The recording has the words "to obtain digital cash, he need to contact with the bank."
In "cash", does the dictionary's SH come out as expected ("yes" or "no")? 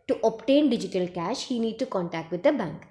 yes